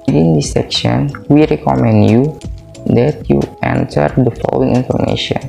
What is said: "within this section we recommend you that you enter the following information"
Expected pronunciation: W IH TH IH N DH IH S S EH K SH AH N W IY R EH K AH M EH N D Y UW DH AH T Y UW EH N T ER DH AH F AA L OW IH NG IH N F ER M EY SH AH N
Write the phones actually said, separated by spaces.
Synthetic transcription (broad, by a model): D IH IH N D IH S S EH K SH AH N W IY R EH K AH M EH N D Y UW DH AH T Y UW EH N T ER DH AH F AA L OW IH NG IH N F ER M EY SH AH N